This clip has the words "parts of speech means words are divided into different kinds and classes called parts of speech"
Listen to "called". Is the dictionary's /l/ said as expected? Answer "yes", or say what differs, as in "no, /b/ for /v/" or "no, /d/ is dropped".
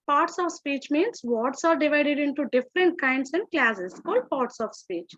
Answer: yes